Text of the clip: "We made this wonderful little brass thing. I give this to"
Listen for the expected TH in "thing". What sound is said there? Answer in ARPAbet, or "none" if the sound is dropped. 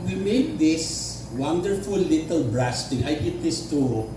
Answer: T